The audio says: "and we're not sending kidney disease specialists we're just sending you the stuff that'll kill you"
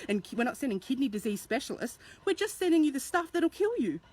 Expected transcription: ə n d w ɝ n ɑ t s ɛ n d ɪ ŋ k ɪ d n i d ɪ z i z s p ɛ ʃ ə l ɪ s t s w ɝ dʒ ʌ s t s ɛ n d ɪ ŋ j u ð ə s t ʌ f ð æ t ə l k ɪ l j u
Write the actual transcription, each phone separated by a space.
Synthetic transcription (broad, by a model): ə n w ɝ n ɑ t s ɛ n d ɪ ŋ k ɪ d n i d ɪ z i z s p ɛ ʃ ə l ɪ s t s w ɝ dʒ ʌ s t s ɛ n d ɪ ŋ j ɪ ð ə s t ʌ f ð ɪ t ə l k ɪ l j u